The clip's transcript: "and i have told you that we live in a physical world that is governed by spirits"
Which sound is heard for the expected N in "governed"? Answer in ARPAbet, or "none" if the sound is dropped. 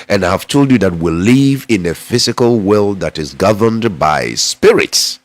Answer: N